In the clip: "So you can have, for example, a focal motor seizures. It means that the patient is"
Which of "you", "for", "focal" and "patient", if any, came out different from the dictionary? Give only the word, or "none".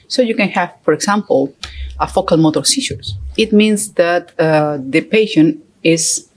patient